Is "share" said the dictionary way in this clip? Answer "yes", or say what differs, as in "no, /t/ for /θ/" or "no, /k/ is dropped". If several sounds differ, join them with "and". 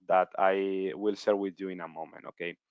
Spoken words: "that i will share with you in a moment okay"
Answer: no, /s/ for /ʃ/